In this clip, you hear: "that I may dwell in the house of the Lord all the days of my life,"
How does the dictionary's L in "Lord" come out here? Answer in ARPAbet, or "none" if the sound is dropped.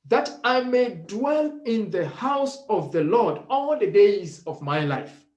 L